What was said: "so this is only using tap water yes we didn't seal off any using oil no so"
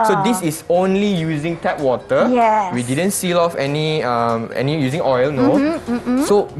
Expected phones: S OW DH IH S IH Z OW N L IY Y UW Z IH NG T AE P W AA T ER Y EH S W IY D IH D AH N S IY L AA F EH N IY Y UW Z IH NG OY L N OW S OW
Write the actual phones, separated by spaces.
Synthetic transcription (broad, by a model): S OW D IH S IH S OW N L IY Y UW Z IH NG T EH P W AA T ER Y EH W IY D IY D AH N S IY L AA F EH N IY Y UW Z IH NG OY L N OW S OW